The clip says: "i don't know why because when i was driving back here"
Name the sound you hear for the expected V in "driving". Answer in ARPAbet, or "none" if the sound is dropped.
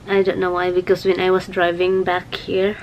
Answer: V